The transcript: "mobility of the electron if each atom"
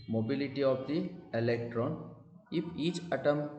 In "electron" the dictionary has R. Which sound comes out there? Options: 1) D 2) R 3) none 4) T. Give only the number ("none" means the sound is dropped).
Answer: 2